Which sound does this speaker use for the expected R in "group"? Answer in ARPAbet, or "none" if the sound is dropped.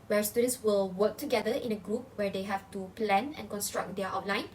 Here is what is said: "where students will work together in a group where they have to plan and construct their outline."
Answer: R